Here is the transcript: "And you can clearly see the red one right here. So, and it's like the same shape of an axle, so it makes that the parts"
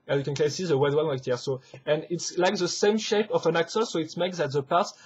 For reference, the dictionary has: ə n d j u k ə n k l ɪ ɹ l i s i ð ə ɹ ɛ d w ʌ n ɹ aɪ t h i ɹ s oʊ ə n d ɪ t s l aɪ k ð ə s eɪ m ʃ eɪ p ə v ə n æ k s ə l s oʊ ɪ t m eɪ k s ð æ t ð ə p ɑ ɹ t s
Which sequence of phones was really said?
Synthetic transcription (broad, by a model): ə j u k ə n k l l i s i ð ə w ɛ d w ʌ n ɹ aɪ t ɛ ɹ s oʊ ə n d ɪ t s l aɪ k ð ə s eɪ m ʃ eɪ p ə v ə n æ k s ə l s oʊ ɪ t m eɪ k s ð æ t ð ə p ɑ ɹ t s